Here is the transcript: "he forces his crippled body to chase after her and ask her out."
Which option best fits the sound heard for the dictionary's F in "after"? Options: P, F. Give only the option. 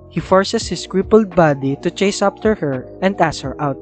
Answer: P